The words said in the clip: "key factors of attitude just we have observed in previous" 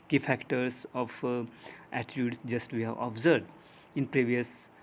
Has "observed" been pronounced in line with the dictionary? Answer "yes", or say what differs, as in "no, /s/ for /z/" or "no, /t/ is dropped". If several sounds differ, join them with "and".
no, /v/ is dropped